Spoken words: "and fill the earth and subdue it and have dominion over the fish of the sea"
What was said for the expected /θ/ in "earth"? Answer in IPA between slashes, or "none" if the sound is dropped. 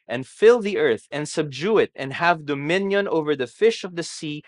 /θ/